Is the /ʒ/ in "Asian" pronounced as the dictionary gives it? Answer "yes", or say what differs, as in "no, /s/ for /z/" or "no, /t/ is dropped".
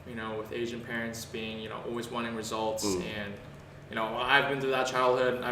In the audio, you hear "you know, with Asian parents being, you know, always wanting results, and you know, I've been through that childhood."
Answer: yes